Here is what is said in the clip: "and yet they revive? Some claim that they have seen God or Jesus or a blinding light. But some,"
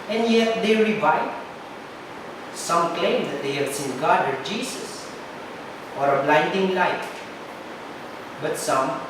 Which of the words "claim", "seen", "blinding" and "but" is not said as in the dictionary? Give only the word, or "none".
none